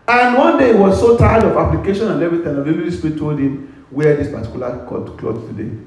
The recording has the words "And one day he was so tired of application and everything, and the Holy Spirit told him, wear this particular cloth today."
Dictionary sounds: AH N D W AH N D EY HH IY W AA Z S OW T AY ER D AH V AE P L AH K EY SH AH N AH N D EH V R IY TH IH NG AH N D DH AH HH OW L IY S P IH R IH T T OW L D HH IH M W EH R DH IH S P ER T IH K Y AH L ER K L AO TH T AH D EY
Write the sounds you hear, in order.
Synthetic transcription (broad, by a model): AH N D W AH N D EY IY W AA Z S OW T AY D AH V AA P L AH K EY SH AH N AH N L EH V IY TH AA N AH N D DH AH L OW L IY S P R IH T T OW L D HH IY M W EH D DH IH S P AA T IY K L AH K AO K L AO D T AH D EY